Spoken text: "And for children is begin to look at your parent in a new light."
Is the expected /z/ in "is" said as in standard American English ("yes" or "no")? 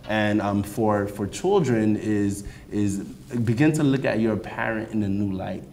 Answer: yes